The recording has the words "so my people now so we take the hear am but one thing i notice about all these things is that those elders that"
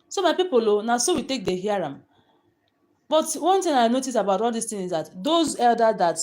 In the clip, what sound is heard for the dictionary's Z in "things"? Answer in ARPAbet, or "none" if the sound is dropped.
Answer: none